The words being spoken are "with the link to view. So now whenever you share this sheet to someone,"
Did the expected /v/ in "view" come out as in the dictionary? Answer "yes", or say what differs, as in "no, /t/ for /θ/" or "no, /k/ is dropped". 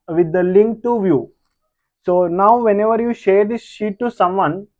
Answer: yes